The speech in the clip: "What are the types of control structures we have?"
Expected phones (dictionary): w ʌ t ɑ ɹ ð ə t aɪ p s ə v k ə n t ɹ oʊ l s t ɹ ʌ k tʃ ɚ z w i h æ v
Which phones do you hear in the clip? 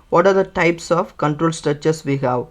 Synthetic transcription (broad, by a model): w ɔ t ɑ ɹ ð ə t aɪ p s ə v k ə n t ɹ oʊ l s t ɹ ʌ tʃ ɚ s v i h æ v